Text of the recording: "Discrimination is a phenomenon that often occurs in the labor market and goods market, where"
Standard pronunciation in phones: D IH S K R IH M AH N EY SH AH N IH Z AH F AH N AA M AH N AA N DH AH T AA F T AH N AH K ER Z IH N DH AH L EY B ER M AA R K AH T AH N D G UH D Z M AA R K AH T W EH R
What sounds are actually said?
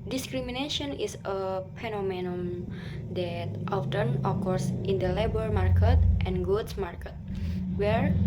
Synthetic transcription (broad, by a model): D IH S K R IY M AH N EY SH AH N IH S AH P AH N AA M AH N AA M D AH T AA F T AH N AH K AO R IH N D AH L EY B ER M AA R K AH T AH N G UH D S M AA R K AH T W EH R